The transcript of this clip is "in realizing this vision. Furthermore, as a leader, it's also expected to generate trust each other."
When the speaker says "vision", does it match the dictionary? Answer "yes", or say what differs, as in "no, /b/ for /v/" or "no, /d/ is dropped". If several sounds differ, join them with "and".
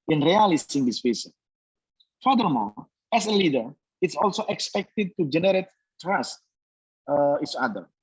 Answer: no, /s/ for /ʒ/